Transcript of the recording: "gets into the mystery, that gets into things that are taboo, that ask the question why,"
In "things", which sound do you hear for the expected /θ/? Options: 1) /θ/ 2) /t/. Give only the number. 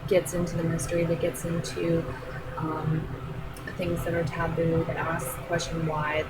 1